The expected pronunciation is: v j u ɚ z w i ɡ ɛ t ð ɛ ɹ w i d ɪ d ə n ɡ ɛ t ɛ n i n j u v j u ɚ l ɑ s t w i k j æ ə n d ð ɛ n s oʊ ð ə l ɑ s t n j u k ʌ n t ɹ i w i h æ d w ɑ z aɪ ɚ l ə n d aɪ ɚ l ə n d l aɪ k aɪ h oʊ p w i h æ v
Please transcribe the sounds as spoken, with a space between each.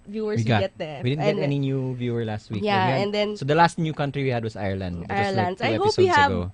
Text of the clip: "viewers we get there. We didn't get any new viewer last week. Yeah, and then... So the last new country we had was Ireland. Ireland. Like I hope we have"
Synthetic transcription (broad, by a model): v j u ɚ w i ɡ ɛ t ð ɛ w i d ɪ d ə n ɡ ɛ t ɛ n i n j u v j u ɚ l ɑ s t w i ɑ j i ə n d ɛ n s oʊ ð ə l ɑ s t n j u k ʌ n t ɹ i w i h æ d w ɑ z aɪ ɚ l ə n d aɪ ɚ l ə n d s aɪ ɛ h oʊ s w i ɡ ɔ